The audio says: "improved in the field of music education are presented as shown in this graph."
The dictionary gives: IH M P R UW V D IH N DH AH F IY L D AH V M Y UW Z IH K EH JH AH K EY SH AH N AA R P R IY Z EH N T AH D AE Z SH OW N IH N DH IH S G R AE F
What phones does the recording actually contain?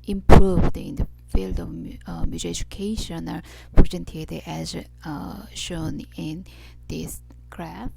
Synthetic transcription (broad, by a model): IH M P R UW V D IH N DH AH F IY L D AH V M Y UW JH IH EH JH AH K EY SH AH N AA R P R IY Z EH N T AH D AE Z SH OW N IH N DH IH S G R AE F